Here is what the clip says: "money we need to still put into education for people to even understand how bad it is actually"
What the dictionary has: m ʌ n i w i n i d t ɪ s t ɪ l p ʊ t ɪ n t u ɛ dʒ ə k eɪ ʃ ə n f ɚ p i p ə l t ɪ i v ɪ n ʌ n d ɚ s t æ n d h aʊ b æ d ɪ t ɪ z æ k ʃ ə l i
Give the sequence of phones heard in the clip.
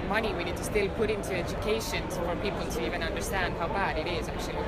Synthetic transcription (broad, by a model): m ʌ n i w i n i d t ɪ s t ɪ l p ʊ t ɪ n t u ɛ dʒ ə k eɪ ʃ ə n f ɚ p i p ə l t ɪ i v ɪ n ʌ n d ɚ s t æ n d h aʊ b æ d ɪ t ɪ z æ k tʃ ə l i